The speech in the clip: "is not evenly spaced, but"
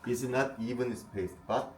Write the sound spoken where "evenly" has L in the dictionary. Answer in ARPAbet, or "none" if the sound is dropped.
none